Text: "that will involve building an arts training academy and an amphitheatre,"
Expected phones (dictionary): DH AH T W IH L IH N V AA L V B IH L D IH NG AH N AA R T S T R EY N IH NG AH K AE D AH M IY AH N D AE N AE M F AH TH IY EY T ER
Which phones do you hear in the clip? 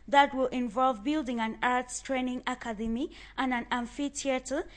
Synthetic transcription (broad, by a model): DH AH T W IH L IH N V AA L V B IH L D IH NG AH N AA R T S T R EY N IH NG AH K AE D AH M IY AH N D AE N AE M F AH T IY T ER